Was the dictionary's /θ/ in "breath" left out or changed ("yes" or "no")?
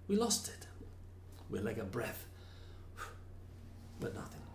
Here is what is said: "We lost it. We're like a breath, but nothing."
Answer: no